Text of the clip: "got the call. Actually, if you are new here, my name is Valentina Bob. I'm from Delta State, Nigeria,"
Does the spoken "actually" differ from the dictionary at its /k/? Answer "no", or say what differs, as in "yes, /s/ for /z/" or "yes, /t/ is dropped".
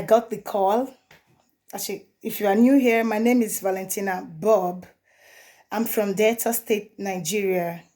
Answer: yes, /k/ is dropped